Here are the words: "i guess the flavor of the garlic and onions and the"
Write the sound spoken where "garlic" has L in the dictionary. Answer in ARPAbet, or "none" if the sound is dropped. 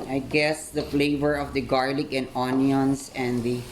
L